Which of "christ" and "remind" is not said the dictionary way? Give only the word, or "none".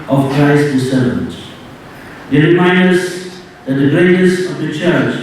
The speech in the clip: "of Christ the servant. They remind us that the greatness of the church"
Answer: none